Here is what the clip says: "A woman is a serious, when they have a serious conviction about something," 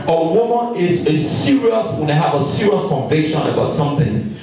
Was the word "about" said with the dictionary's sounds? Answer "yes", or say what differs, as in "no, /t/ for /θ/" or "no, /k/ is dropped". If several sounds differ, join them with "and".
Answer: yes